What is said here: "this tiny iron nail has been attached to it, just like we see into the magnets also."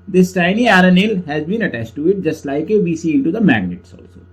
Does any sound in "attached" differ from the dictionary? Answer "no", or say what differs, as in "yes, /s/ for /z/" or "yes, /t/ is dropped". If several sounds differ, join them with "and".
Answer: no